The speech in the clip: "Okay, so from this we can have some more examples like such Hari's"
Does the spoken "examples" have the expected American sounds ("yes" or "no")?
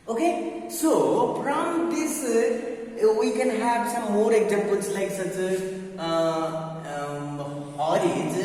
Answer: no